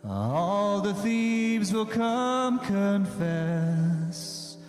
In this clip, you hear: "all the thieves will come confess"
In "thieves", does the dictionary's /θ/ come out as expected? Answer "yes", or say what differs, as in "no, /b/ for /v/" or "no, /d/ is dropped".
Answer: yes